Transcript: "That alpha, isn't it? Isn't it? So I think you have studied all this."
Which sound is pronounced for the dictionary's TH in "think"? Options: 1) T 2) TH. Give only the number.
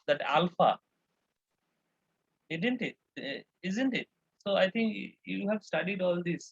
1